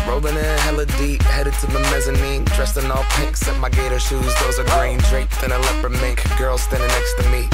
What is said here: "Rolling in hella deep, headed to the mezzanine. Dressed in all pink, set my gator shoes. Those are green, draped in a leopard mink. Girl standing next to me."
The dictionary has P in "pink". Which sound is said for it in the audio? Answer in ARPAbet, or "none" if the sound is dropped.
P